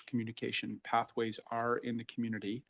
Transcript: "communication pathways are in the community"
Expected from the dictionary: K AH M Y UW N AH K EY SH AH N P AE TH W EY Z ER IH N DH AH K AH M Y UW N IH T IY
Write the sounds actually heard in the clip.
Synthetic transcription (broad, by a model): K M Y UW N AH K EY SH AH N P AE TH W EY Z ER IH N DH AH K M Y UW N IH T IY